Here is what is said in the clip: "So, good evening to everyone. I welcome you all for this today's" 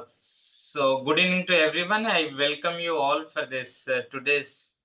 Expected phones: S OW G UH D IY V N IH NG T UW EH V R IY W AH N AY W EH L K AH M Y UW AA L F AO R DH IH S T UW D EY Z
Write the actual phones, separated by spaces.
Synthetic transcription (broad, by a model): S OW G UH D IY N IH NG T UW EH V R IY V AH N AY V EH L K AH M Y UW AA L F AO R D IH S T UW D EY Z